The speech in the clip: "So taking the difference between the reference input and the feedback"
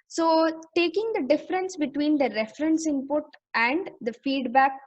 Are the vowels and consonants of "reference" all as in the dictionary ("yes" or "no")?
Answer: yes